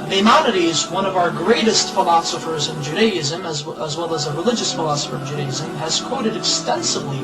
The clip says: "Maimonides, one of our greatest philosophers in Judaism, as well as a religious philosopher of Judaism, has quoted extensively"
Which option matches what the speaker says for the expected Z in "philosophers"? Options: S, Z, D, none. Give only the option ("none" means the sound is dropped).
Z